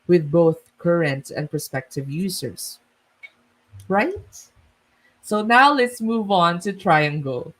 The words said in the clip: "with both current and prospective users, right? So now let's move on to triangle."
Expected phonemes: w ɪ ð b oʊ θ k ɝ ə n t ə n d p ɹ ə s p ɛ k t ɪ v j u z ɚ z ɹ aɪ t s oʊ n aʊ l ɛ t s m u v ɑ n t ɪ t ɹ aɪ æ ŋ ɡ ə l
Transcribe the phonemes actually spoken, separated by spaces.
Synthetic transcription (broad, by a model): w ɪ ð b oʊ θ k ɝ ə n t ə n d p ɹ s p ɛ k t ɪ v j u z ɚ s ɹ aɪ t s oʊ n aʊ l ɛ t s m u v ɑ n t ɪ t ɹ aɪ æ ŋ ɡ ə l